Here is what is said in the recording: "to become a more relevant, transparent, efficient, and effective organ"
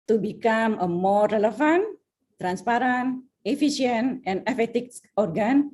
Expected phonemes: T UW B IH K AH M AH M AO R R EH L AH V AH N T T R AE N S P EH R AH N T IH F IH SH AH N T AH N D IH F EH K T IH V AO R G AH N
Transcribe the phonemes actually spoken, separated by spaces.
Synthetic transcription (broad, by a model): T UW B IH K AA M AH M AO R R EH L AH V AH N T T R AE N S P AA R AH N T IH F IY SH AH N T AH N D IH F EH T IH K AO R G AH N